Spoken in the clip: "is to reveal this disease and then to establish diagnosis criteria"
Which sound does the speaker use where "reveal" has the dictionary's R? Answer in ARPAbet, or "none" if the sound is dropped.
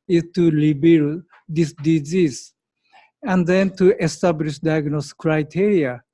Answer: L